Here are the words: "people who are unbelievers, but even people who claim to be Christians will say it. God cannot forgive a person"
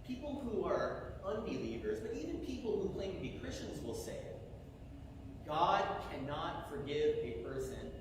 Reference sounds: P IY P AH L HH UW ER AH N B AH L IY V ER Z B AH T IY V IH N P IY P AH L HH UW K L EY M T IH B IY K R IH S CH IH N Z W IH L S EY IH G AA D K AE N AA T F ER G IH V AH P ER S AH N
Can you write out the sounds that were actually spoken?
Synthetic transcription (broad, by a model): P IY P L HH UW ER AH N B AH L IY V ER Z B AH T IY V IH N P IY P L HH UW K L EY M T IH B IY K R IH S CH IH N Z W IH L S EY IH G AA D K AE N AA T F ER G IH V AH P ER S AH N